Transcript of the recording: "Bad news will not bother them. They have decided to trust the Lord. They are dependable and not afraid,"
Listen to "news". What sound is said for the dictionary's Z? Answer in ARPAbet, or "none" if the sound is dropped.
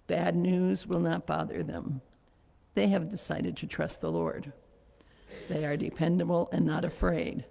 Z